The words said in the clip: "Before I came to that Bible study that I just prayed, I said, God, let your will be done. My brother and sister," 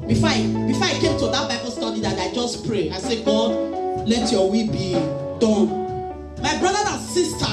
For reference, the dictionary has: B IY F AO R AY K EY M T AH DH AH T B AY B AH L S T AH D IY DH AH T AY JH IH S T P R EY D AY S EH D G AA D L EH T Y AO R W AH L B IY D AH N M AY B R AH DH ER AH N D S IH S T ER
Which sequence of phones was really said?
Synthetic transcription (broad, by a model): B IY F AO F AY K EY M T AH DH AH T B AY B AH L S T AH D IY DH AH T AY JH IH S P R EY AY S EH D G AA D L EH T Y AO W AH B IY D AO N M AY B R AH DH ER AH N S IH S T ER